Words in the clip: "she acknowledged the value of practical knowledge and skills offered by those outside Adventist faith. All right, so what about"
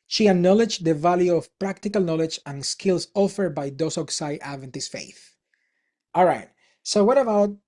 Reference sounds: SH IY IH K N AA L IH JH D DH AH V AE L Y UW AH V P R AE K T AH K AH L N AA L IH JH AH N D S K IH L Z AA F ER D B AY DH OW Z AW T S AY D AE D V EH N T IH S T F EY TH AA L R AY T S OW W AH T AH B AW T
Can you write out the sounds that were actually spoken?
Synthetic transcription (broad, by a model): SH IY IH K N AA L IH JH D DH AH V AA L Y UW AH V P R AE K T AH K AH L N AA L IH JH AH N S K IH L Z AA F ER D B AY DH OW S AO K S AY AE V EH N T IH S F EY TH AA L R AY T S OW W AH T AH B AW T